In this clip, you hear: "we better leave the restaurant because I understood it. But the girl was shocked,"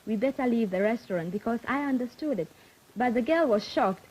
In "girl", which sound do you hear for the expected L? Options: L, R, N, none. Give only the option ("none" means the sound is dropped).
L